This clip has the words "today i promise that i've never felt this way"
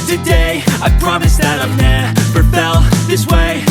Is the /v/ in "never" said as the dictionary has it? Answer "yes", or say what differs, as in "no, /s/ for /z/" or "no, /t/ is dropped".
no, /p/ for /v/